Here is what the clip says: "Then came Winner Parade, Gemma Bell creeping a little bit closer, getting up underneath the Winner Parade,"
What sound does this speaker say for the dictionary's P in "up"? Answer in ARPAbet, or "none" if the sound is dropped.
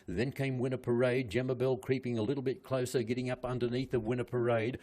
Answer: P